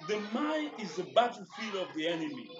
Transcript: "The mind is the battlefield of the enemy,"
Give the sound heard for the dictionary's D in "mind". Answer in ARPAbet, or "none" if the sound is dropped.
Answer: none